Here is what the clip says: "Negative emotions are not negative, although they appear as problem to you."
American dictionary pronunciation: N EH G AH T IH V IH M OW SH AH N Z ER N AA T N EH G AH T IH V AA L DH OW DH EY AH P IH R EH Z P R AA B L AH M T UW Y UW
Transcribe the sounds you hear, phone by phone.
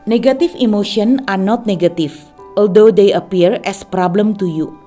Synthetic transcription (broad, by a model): N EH G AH T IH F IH M OW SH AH N AA N AA T N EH G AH T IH F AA L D OW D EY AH P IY R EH S P R AA B L AH M T UW Y UW